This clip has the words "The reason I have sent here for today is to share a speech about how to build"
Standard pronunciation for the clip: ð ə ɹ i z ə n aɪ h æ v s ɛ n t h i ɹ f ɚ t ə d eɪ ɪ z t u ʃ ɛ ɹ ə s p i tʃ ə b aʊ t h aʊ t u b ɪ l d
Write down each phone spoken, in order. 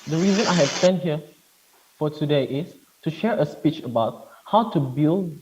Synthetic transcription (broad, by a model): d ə ɹ i z ə n aɪ h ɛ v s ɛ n h i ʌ f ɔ t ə d eɪ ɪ s t u ʃ ɛ ɹ ə s p i tʃ ə b aʊ t h aʊ t u b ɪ l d